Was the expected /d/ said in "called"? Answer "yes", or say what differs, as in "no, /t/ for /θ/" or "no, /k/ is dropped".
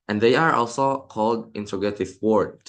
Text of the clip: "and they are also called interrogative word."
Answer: yes